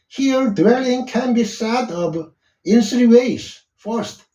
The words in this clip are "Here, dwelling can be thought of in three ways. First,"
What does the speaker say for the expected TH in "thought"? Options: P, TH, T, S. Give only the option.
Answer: S